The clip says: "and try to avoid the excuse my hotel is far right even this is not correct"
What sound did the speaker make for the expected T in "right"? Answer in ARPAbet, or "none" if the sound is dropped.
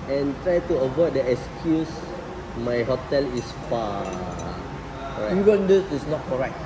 none